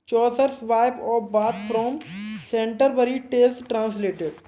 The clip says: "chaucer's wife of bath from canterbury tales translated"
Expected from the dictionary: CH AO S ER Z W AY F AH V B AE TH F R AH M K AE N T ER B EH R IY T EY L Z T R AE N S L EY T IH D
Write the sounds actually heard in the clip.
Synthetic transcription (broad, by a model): CH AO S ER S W AY P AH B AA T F R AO M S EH N T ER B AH R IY T EY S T T R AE N S L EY T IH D